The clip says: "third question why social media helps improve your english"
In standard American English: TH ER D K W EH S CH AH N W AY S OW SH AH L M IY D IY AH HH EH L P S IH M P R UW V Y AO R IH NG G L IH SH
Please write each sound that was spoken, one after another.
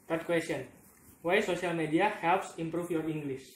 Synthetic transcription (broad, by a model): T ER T K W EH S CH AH N W AY S OW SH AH L M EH D IY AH HH EH L P S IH M P R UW F Y AO R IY NG G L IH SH